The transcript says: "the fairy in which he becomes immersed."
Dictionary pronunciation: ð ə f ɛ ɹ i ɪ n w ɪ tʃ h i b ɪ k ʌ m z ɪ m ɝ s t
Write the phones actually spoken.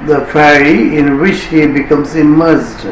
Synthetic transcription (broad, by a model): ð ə f ɛ ɹ i ɪ n w ɪ tʃ h i b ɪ k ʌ m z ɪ m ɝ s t